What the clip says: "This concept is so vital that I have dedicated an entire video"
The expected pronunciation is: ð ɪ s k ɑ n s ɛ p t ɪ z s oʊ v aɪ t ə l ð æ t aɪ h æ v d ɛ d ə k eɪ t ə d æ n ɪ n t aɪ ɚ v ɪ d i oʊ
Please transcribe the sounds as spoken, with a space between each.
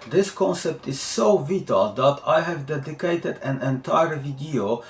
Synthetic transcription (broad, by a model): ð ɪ s k ɑ n s ɛ p t ɪ z s oʊ v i t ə l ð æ t aɪ h æ v d ɛ d ə k eɪ t ə d æ n ɪ n t aɪ ɚ v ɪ d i oʊ